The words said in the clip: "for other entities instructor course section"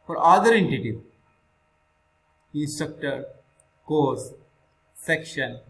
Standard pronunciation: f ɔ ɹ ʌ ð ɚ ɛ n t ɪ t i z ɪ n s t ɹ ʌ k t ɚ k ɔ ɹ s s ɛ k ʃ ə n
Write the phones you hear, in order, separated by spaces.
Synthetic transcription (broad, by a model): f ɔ ɹ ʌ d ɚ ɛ n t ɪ t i ɪ n s t ɹ ʌ k t ɚ k ɔ ɹ s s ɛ k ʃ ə n